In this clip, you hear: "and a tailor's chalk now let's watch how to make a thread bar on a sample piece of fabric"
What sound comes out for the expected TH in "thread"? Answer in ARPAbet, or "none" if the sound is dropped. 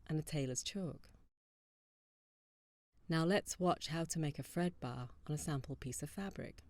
F